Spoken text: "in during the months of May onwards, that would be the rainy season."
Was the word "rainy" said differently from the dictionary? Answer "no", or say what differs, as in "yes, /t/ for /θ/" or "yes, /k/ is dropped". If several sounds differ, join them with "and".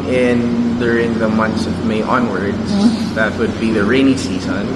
no